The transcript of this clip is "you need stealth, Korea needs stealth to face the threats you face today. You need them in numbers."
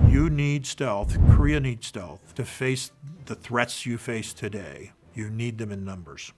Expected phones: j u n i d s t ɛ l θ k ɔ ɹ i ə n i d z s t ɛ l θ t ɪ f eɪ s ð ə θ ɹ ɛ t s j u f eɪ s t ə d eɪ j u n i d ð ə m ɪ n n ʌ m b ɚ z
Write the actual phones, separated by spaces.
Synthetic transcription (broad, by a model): j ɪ n i d s t ɛ l θ k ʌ ɹ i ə n i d s t ɛ l θ t ɪ f eɪ s ð ə θ ɹ ɛ t s j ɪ f eɪ s t ə d eɪ j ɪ n i d ð ə m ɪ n n ʌ m b ɚ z